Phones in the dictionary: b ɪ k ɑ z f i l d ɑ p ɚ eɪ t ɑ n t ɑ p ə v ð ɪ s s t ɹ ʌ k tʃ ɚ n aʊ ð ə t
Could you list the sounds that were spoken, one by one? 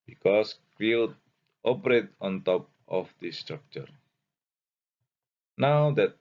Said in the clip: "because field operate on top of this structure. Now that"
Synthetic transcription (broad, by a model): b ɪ k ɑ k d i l ɑ p ɚ eɪ t ɑ n t ɑ p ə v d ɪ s s t ɹ ʌ k tʃ ɚ n aʊ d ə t